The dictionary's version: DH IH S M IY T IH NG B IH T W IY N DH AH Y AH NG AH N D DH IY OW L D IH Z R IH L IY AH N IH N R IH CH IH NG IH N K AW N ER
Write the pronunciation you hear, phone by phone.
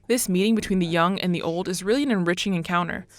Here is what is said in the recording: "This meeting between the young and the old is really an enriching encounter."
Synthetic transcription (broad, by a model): DH IH S M IY T IH NG B IH T W IY N DH AH Y AH NG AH N DH IY OW L D IH Z R IH L IY AH N IH N R IH CH IH NG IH N K AW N ER